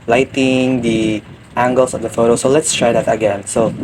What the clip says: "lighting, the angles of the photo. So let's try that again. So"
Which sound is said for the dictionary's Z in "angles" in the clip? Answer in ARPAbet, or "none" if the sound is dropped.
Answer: S